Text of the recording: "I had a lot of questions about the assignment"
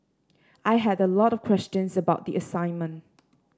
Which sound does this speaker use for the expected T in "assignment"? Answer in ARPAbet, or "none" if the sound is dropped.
T